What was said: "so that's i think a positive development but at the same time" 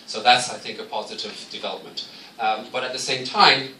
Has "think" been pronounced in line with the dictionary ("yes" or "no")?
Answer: yes